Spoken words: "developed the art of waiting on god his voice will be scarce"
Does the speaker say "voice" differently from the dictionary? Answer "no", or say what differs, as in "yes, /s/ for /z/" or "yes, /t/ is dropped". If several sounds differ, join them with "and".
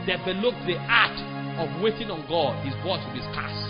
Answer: yes, /b/ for /v/